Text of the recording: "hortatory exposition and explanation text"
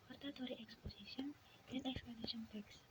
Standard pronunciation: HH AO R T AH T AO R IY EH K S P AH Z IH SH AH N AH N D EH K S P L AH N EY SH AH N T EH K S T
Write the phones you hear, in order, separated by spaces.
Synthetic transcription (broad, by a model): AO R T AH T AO R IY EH K S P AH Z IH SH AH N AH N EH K S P AH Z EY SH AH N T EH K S